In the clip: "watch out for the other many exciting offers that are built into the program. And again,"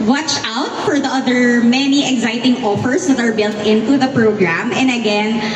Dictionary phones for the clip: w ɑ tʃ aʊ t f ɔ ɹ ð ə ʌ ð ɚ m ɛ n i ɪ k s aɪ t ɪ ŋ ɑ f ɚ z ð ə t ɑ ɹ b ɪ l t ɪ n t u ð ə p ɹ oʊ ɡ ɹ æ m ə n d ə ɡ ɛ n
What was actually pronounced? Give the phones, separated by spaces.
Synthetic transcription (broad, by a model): w ɑ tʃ aʊ t f ɔ ɹ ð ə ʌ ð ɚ m ɛ n i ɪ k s aɪ t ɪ ŋ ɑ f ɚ s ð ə t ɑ ɹ b ɪ l t ɪ n t u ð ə p ɹ oʊ ɡ ɹ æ m ə n d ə ɡ ɛ n